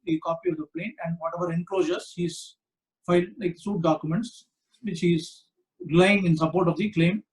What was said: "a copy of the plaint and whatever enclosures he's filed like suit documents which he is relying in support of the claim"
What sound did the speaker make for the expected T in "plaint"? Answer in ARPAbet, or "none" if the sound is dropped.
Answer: none